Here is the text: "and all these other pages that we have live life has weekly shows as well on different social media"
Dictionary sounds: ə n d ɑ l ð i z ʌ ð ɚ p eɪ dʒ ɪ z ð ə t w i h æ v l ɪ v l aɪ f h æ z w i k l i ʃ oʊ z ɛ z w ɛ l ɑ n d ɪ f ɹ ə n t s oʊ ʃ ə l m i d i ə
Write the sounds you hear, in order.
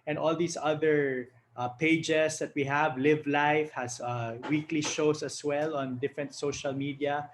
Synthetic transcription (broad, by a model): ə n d ɑ l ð i s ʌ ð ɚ p eɪ dʒ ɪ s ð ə t w i h æ v l ɪ v l aɪ f h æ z w i k l i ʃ oʊ s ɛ s w ɛ l ɑ n d ɪ f ɹ ə n t s oʊ ʃ ə l m i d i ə